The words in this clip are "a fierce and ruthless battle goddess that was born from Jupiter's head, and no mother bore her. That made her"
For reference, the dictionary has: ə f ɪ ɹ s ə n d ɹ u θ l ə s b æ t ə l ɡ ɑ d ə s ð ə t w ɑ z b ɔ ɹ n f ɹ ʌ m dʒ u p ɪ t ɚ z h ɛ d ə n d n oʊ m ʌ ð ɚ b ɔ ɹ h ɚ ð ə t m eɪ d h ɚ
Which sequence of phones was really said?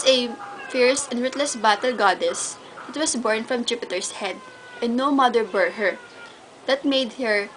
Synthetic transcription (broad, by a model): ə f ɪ ɹ s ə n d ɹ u t l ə s b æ t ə l ɡ ɑ d ə s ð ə t w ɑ s b ɔ ɹ n f ɹ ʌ m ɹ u p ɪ t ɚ s h ɛ d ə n n oʊ m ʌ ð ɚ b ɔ ɹ h ɚ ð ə t m eɪ d h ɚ